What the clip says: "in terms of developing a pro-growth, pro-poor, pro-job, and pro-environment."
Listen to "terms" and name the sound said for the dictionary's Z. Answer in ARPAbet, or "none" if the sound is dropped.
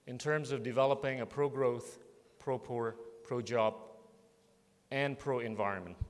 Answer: Z